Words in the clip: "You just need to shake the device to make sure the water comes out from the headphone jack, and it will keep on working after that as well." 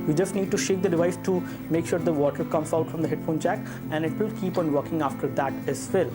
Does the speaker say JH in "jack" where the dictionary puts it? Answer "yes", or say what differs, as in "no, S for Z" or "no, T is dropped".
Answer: no, CH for JH